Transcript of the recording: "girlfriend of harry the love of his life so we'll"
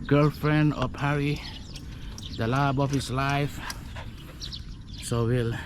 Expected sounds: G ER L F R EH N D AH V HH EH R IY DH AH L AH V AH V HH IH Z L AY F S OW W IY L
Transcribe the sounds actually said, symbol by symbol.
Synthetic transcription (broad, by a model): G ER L F R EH N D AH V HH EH R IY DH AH L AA B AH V HH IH S L AY F S OW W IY L